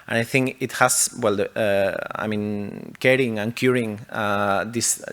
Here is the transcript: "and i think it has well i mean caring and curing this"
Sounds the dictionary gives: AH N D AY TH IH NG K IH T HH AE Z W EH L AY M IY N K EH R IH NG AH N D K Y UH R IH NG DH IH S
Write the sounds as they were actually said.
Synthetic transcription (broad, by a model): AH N AY TH IH NG K IH T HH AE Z W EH L AY M IY N K EH R IH NG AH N K Y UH R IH NG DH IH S